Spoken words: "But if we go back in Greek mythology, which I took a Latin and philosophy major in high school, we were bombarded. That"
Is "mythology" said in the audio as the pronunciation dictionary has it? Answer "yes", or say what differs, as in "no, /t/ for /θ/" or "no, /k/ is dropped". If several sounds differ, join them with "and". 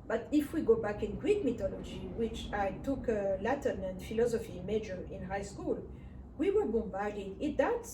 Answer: no, /t/ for /θ/